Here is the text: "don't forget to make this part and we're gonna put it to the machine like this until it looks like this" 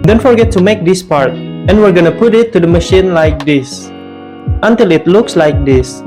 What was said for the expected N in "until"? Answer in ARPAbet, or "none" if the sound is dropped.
N